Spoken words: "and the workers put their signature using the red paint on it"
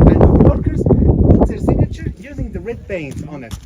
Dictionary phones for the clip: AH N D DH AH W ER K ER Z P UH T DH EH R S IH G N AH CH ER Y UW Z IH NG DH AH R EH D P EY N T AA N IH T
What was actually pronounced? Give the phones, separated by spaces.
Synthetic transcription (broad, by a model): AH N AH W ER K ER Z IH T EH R S IH G N AH CH ER Y UW Z IH NG DH AH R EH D B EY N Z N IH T